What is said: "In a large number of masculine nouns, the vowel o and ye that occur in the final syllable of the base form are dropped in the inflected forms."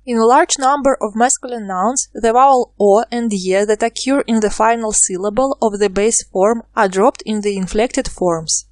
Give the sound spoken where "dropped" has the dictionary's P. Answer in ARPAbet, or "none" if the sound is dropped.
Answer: P